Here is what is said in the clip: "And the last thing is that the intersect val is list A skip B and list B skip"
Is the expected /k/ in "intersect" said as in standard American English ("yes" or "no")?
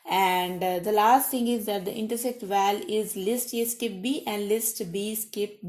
yes